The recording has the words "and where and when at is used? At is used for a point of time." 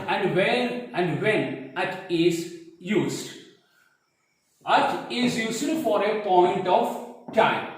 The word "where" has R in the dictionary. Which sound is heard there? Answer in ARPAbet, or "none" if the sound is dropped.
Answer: L